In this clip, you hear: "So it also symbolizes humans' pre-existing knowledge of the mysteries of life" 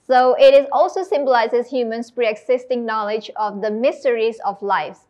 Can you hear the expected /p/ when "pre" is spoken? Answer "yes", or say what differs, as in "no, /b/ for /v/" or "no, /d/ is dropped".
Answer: yes